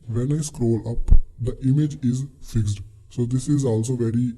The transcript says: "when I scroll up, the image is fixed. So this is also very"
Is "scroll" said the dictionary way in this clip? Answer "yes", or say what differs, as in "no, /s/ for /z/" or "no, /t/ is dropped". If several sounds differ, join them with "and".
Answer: yes